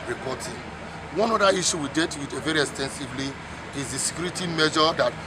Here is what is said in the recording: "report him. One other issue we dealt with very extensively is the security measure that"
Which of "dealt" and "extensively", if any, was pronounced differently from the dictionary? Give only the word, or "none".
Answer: dealt